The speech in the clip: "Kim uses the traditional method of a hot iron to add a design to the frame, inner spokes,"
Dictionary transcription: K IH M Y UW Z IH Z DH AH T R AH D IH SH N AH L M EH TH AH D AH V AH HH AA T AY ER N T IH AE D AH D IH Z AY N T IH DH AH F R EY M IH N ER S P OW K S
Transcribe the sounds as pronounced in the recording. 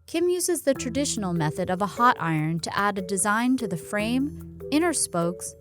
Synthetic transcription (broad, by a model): K IH M Y UW Z IH Z DH AH T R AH D IH SH N L M EH TH AH D AH V AH HH AA T AY ER N T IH AE D AH D IH Z AY N T IH DH AH F R EY M IH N ER S P OW K S